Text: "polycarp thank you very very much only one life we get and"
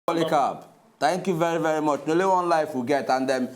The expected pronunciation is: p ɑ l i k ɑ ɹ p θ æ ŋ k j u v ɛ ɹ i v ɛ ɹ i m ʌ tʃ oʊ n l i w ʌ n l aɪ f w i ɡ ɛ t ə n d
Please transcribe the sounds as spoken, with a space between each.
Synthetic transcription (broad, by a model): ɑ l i k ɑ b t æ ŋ k j u v ɛ ɹ i v ɛ ɹ i m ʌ tʃ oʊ l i w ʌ n l aɪ f w i ɡ ɛ t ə n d